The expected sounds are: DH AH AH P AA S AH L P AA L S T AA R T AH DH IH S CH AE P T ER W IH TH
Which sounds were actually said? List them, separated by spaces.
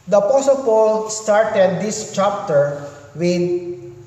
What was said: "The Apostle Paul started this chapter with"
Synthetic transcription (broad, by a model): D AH AH P AA S AH L P AA L S T AA R T AH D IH S CH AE P T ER W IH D